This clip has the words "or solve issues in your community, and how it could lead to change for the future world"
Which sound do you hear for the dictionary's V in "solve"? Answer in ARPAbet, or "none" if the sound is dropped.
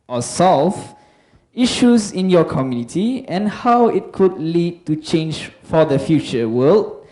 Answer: F